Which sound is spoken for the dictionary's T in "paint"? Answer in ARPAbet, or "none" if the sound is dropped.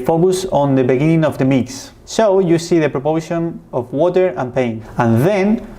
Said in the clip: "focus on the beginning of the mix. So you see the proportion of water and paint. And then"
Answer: none